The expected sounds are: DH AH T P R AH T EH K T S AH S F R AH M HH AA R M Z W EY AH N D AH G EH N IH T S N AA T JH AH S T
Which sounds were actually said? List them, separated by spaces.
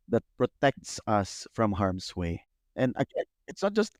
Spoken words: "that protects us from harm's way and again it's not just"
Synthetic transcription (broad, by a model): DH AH T P R AH T EH K T S AH S F R AH M HH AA R M S W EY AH N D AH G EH IH T S N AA T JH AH S T